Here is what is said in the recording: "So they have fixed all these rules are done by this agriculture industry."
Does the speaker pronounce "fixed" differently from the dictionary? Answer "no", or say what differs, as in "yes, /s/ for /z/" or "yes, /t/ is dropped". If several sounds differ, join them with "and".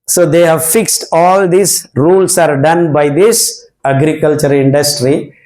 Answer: no